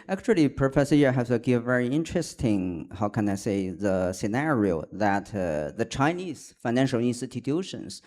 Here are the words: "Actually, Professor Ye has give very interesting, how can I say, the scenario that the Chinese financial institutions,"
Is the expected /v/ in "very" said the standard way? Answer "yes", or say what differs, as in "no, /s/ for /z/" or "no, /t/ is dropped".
yes